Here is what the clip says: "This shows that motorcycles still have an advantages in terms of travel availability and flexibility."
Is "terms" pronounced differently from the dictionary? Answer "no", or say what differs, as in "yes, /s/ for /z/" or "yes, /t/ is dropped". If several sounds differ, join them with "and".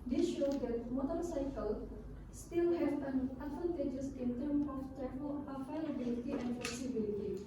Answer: yes, /z/ is dropped